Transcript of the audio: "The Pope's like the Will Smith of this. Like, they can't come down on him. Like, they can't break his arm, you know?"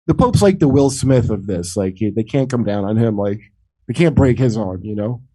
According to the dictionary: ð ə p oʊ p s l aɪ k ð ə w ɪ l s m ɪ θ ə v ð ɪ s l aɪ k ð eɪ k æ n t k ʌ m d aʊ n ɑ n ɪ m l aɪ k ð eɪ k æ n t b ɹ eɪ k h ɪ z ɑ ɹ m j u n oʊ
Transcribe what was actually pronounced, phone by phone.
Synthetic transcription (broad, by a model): ð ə p oʊ p s l aɪ k ð ə w ɪ l s m ɪ θ ə v ð ɪ s l aɪ k ð eɪ k æ n k ʌ m d aʊ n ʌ n ɪ m l aɪ k ð eɪ k æ n b ɹ eɪ k h ɪ z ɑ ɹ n j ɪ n oʊ